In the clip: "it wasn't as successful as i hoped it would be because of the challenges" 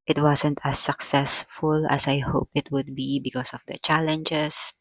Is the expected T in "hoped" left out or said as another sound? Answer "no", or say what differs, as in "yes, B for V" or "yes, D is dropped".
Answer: yes, T is dropped